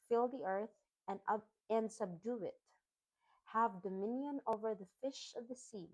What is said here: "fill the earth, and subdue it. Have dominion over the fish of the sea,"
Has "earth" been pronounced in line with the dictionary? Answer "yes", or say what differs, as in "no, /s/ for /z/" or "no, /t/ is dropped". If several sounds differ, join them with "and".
yes